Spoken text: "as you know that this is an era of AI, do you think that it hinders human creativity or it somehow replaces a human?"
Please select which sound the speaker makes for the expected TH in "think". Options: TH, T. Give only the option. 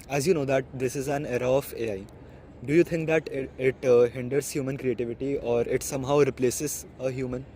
T